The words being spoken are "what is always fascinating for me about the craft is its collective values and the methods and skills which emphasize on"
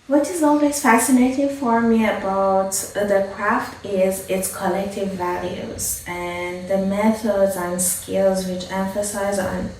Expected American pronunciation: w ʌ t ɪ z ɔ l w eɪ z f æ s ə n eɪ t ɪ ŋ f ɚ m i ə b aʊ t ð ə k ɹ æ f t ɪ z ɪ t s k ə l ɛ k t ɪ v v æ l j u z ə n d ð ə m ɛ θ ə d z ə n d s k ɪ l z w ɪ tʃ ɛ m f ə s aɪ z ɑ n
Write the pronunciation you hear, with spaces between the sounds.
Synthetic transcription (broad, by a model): w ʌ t ɪ z ɔ l w eɪ z f æ s ə n eɪ t ɪ ŋ f ɚ m i ə b aʊ t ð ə k ɹ æ f t ɪ z ɪ t s k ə l ɛ k t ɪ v v æ l j u z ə n ð ə m ɛ θ ə d z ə n s k ɪ l z w ɪ tʃ ɛ m f ə s aɪ z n